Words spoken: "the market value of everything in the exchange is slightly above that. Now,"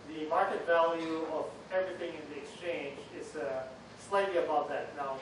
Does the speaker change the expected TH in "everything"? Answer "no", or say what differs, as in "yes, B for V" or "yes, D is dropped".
no